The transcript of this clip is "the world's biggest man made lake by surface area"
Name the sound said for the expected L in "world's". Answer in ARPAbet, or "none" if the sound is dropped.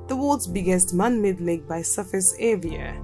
none